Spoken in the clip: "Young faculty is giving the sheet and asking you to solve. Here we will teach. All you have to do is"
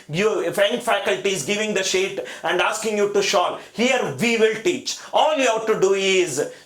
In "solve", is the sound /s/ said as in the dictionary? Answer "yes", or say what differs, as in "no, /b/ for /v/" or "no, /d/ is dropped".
no, /ʃ/ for /s/